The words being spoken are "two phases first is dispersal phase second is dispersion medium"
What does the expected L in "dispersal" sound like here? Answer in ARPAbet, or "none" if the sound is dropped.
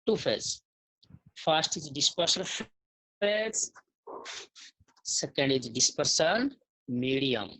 N